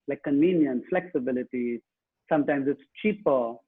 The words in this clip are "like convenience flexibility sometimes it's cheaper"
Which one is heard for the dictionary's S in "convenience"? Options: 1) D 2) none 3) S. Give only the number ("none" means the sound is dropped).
2